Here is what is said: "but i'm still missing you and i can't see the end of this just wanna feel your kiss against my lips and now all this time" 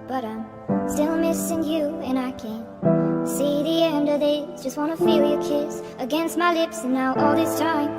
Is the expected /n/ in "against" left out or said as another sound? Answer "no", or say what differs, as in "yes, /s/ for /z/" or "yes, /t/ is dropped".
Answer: no